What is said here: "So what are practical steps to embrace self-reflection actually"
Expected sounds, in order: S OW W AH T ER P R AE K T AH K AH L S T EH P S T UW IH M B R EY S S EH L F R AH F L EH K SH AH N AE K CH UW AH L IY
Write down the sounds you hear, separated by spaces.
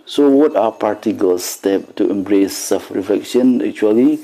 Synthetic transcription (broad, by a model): S OW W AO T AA P AA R T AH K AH L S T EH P T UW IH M B R EY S S EH L F R AH F L EH K SH AH N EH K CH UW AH L IY